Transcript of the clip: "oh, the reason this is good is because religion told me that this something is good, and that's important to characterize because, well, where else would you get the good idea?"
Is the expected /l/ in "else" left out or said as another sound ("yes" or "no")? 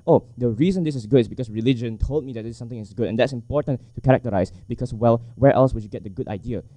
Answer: no